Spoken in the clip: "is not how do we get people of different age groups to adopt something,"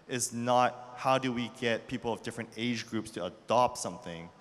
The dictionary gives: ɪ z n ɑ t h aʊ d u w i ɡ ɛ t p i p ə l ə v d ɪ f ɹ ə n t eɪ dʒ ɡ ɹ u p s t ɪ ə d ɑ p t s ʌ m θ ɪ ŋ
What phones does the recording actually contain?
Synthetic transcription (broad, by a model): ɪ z n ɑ t h aʊ d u w i ɡ ɛ t p i p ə l ə v d ɪ f ɹ ə n t eɪ dʒ ɡ ɹ u p s t ɪ ə d ɑ p t s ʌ m θ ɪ ŋ